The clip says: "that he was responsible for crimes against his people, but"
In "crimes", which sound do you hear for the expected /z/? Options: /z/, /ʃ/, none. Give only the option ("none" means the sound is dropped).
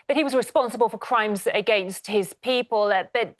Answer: /z/